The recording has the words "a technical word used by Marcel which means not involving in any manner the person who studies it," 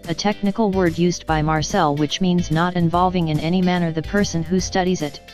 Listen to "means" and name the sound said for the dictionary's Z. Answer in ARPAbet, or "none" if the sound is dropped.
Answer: Z